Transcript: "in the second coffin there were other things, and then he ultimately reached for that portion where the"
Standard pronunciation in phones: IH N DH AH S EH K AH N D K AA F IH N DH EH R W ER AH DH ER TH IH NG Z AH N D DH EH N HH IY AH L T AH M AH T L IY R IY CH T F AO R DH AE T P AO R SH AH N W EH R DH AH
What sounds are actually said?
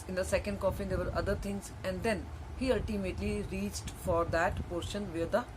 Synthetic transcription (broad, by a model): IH N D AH S EH K AH N D K AA F IH N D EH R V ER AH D ER T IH NG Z AH N D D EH N HH IY AH L T AH M AH T L IY R IY CH T F AO R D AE T P AO R SH AH N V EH R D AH